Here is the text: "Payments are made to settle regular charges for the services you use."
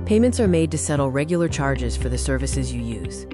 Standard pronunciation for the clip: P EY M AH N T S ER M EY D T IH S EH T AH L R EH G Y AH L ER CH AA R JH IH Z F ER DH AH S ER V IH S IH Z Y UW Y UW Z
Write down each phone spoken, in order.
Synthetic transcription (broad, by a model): P EY M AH N T S ER M EY D T IH S EH T L R EH G Y L ER CH AA R JH IH Z F ER DH AH S ER V IH S IH Z Y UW Y UW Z